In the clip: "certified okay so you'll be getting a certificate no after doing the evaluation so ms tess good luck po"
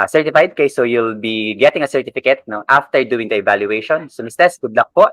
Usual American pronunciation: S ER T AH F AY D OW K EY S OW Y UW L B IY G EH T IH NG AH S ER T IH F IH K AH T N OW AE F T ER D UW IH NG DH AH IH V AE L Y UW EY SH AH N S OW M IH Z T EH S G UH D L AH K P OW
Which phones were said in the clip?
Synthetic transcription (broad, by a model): S ER T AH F AY D K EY S OW Y UW L B IY G EH T IH NG AH S ER T IH F IH K AH T N OW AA F T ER D UW IH NG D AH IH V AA L Y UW EY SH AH N S OW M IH S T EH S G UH D L AH K P OW